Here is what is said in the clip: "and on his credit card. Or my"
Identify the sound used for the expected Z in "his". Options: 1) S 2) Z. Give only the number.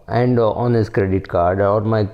1